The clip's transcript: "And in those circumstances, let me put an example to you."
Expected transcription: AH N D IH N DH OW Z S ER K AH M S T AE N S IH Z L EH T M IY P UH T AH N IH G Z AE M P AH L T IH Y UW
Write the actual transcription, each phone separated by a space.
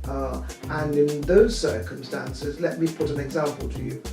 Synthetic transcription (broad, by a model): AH N IH N DH OW Z S ER K AH M S T AE N S IH Z L EH T M IY P UH T AH N IH G Z AE M P AH L T IH Y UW